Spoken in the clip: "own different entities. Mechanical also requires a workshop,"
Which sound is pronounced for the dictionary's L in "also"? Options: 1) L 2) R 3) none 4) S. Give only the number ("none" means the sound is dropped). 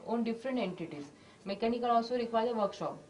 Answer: 3